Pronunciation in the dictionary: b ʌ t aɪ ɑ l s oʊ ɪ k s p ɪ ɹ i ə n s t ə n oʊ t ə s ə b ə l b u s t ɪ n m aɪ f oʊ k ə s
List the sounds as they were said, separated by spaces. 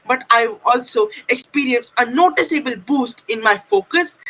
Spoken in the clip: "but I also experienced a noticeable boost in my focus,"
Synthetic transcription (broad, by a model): b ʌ t aɪ ɑ l s oʊ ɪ k s p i ɹ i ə n s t ə n oʊ t ə s ə b ə l b u s t ɪ n m aɪ f oʊ k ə s